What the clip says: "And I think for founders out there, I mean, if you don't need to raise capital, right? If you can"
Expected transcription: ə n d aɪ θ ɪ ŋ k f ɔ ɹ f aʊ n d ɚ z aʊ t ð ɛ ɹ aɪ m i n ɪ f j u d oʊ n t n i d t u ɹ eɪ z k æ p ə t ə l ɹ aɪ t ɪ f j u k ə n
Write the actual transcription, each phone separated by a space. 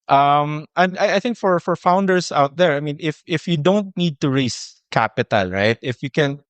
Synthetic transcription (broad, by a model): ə n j aɪ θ ɪ ŋ k f ɔ ɹ f aʊ n d ɚ s aʊ t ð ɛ ɹ aɪ m i n ɪ f j u d oʊ n t n i d t u ɹ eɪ s k æ p ə t ə l ɹ aɪ t ɪ f j u k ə n